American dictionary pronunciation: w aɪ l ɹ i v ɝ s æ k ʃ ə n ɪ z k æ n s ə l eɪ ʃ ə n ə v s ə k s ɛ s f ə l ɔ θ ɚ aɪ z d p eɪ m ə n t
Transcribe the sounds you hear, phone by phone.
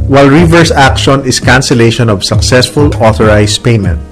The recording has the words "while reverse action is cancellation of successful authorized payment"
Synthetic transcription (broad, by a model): w aɪ l ɹ i v ɝ s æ k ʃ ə n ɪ s k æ n s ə l eɪ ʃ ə n ə v s ə k s ɛ s f ə l ɔ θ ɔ aɪ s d p eɪ m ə n t